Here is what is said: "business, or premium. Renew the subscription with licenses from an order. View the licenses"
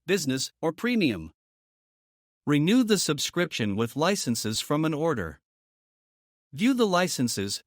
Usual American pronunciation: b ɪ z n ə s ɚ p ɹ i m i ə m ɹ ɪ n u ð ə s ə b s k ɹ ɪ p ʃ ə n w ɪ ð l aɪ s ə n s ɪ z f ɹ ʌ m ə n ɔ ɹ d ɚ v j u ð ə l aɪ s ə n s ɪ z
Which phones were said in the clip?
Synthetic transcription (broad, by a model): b ɪ z n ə s ɚ p ɹ i m i ə m ɹ ɪ n u ð ə s ə b s k ɹ ɪ p ʃ ə n w ɪ ð l aɪ s ə n s ɪ z f ɹ ʌ m ə n ɔ ɹ d ɚ v j u ð ə l aɪ s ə n s ɪ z